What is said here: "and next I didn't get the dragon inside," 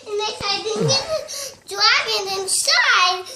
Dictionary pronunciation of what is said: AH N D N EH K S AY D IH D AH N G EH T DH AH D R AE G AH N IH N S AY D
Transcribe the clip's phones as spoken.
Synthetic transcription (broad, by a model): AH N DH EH S AY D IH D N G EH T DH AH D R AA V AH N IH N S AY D